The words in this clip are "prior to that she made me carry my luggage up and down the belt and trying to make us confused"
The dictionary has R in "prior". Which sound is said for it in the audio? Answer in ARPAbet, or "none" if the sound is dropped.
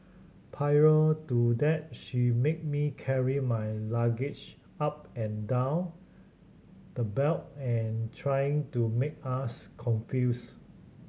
none